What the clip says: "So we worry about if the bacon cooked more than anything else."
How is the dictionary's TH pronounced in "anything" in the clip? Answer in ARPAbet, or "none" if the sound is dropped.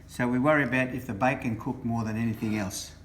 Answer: TH